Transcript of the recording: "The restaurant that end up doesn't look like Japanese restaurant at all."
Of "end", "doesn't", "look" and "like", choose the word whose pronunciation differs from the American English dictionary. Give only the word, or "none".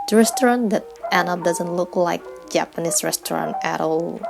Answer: end